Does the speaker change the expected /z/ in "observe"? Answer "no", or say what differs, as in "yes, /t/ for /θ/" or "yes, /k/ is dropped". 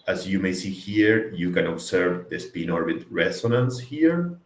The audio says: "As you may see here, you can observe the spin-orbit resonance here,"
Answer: yes, /s/ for /z/